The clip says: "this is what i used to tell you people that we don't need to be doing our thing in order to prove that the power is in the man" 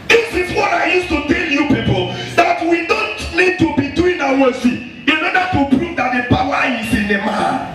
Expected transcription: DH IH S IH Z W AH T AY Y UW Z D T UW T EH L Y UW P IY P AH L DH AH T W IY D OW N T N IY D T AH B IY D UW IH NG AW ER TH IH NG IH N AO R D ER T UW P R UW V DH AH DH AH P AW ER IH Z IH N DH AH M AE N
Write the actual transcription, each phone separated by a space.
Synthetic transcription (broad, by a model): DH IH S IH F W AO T AY Y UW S T UW T EH L Y UW P IY P AH L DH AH T W IY D OW N T N IY D T AH B IY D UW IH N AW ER S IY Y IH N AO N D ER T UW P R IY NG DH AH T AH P AW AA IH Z IH N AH M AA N